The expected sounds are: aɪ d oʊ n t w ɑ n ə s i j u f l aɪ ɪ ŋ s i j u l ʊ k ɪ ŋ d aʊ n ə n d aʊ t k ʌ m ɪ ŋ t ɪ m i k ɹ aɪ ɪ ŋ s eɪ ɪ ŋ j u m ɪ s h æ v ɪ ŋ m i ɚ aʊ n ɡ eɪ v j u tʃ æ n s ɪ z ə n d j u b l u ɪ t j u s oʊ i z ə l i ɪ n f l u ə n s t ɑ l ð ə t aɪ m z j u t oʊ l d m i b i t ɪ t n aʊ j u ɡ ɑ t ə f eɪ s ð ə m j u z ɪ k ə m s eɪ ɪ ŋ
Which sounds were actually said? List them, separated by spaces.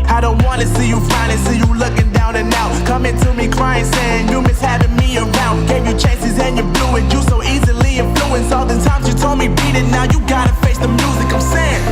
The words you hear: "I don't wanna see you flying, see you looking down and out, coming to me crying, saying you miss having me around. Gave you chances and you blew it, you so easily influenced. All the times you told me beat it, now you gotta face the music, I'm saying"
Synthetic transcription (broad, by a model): aɪ d oʊ n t w ɑ n ə s i j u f aɪ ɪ s i j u l ʊ k ɪ ŋ d aʊ n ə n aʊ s k ʌ m ɪ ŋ t ɪ m i k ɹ aɪ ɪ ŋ s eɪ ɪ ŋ j u m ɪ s h æ v ɪ ŋ m i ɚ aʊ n ɡ eɪ v j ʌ tʃ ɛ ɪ s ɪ z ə n j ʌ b l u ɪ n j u s oʊ i z ə l i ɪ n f l u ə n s ɑ l ð ə t aɪ m z j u t oʊ l d m i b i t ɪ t n aʊ j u ɡ ɑ t ə f eɪ s ð ə m j u z ɪ k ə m s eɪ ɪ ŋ